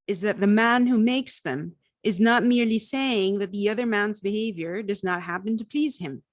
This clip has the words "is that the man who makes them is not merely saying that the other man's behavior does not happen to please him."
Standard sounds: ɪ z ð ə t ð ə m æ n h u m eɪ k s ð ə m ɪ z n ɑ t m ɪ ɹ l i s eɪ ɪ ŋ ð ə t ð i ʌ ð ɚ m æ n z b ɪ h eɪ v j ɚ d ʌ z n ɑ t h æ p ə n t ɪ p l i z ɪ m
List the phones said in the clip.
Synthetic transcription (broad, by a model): ɪ z ð ə t ð ə m æ n h u m eɪ k s ð ə m ɪ z n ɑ t m ɪ ɹ l i s eɪ ɪ ŋ ð ə t ð i ʌ ð ɚ m æ n z b ɪ h eɪ v j ɚ d ʌ z n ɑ t h æ p ə n t ɪ p l i z ɪ m